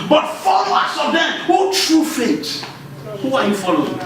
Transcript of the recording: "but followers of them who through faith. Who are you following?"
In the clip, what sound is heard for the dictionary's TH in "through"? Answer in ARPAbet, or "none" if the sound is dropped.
T